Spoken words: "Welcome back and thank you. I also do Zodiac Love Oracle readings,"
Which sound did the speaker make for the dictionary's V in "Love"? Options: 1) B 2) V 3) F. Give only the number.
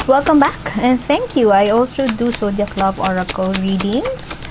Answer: 1